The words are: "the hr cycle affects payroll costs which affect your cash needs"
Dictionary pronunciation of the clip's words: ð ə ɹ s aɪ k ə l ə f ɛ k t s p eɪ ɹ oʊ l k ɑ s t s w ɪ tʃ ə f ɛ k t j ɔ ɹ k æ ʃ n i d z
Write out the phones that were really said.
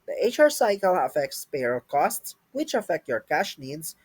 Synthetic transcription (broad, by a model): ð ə ɹ s aɪ k ə l ə f ɛ k t s p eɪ ɹ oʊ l k ɑ s t s w ɪ tʃ ə f ɛ k t j ɔ ɹ k æ ʃ n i d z